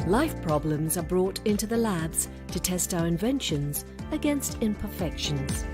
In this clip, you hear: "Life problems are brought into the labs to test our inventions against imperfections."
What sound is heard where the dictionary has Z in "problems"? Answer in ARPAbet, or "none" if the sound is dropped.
Z